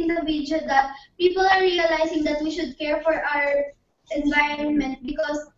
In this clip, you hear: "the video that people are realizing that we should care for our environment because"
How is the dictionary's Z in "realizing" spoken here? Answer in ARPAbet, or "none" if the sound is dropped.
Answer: S